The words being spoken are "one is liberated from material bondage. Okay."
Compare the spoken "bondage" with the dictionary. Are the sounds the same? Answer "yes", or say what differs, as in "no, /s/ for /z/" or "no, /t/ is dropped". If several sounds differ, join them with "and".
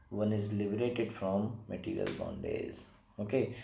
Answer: no, /z/ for /dʒ/